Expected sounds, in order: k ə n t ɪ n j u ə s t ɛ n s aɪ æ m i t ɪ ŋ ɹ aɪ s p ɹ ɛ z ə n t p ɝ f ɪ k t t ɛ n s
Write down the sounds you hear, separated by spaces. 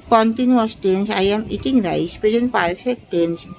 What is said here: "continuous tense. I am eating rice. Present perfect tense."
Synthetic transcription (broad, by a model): k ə n t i n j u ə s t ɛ n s aɪ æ m i t ɪ ŋ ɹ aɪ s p ɛ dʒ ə n p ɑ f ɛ k t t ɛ n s